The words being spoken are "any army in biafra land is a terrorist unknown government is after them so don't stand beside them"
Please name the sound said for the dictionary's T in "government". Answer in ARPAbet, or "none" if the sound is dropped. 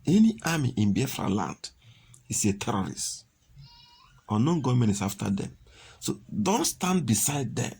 none